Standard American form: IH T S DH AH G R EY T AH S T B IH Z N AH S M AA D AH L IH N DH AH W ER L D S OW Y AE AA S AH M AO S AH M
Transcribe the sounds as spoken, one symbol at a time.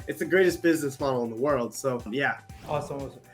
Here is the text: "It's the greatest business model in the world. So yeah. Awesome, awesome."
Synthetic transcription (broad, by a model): IH T S DH AH G R EY T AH S B IH Z N AH S M AA D L IH N DH AH W ER L D S OW Y AE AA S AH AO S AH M